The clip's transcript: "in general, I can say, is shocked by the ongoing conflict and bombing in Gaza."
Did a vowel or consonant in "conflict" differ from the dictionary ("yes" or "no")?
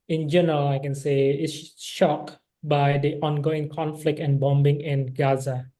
no